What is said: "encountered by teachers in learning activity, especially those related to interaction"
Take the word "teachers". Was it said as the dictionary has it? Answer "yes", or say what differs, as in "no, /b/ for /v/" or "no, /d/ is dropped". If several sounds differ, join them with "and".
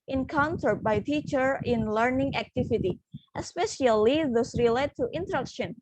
no, /z/ is dropped